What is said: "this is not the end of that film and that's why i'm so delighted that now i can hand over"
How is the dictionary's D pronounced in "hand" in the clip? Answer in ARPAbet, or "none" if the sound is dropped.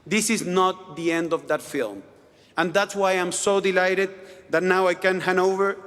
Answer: none